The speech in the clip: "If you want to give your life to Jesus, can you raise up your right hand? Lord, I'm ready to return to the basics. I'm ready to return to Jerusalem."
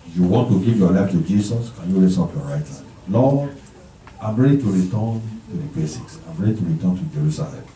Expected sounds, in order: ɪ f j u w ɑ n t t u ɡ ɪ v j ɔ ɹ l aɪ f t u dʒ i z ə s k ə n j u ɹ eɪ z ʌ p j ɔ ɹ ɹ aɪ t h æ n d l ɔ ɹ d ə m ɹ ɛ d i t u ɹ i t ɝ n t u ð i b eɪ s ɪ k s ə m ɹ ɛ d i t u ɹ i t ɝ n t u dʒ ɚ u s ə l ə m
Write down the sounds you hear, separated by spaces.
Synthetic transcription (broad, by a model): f j u w ɑ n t t u ɡ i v j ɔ l aɪ f t u dʒ i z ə s k ə n j u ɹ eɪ s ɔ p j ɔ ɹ ɹ aɪ t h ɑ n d l ɔ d ə m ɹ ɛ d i t u ɹ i t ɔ n t u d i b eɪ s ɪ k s ə m ɹ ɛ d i t u ɹ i t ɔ n t u dʒ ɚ u s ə l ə m